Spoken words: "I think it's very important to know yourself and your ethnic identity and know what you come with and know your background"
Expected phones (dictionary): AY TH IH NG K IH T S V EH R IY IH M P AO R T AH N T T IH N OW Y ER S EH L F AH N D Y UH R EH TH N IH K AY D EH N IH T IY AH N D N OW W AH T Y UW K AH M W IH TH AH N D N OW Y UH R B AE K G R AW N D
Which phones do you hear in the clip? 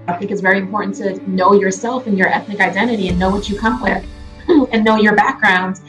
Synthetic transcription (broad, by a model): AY TH IH NG K IH T S V EH R IY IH M P AO R T N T T IH N OW Y ER S EH L F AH N Y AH R EH TH N IH K AY D EH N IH T IY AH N N OW W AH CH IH K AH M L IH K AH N N OW Y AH R B AE K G R AW N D